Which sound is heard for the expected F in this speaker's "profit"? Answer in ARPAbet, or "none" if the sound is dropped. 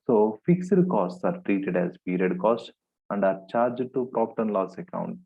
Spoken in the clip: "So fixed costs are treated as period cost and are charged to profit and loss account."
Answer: P